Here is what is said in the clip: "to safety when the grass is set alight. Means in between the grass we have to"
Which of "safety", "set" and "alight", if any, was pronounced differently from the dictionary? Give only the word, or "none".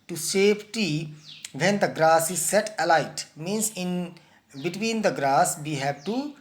safety